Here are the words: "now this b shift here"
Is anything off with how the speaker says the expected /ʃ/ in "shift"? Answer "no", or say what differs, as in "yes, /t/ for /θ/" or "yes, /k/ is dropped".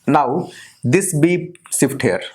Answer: yes, /s/ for /ʃ/